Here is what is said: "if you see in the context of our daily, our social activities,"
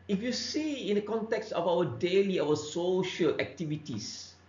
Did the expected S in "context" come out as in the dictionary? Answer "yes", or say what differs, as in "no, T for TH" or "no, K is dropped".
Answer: yes